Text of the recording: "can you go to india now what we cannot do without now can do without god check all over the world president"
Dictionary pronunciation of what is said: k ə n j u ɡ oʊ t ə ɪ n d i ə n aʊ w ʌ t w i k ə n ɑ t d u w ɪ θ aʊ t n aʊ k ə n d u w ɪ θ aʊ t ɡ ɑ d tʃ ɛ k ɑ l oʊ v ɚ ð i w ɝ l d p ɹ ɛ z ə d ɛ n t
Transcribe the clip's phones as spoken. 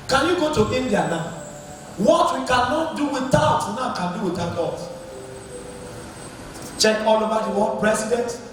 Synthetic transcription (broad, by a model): k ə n j u ɡ oʊ t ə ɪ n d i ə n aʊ w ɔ t w i k ə n ɑ t d u w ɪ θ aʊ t n aʊ k ə n d u w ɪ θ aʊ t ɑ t tʃ ɛ k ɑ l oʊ b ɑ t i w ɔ p ɹ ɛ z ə d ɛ n t